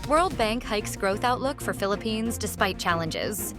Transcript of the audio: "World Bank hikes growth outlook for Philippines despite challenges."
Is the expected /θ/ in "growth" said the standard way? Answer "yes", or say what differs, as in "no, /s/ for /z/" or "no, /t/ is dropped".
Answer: yes